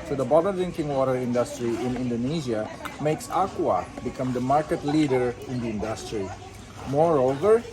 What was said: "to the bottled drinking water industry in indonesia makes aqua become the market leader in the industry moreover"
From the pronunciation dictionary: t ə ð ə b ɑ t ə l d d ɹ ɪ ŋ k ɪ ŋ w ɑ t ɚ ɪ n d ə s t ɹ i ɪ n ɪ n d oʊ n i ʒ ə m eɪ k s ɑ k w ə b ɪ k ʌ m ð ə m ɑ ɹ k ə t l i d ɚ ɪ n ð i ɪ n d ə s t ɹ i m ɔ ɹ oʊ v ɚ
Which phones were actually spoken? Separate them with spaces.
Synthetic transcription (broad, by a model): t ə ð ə b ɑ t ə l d d ɹ ɪ ŋ k ɪ ŋ w ɑ t ɚ ɪ n d ə s t ɹ i ɪ n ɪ n d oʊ n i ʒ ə m eɪ k s ɑ k w ə b ɪ k ʌ m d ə m ɑ ɹ k ə t l i d ɚ ɪ n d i ɪ n d ə s t ɹ i m ɔ ɹ oʊ v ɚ